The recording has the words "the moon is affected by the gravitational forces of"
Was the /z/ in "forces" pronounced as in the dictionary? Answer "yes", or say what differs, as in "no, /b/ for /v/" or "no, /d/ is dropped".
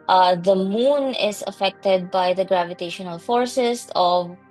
no, /s/ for /z/